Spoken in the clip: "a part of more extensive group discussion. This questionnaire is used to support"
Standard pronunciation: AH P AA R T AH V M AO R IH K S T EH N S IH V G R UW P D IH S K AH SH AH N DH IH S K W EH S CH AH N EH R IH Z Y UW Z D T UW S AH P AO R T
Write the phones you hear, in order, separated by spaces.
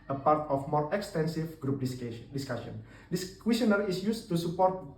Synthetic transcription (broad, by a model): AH P AA R T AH F M AO R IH K S T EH N S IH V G R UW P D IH S K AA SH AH N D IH S K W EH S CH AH N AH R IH S Y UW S T UW S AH P AO R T